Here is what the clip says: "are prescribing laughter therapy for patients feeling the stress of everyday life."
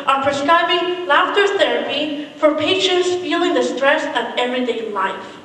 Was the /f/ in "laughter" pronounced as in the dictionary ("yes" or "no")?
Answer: yes